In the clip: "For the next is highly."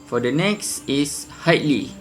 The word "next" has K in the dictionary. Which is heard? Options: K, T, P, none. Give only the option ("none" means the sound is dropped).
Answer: K